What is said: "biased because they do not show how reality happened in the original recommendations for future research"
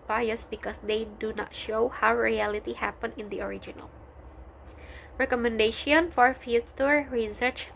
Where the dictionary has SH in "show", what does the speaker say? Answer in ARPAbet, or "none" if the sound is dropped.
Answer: SH